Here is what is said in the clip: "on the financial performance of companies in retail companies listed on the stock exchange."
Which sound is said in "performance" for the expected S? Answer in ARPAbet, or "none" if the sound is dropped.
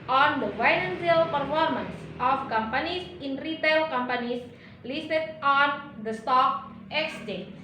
S